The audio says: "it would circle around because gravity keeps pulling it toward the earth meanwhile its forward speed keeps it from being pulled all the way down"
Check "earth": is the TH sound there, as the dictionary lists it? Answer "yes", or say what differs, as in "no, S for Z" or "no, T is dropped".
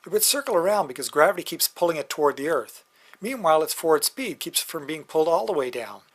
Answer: yes